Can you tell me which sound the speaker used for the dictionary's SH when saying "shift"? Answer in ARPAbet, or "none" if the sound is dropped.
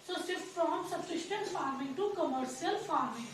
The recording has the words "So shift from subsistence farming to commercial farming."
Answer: S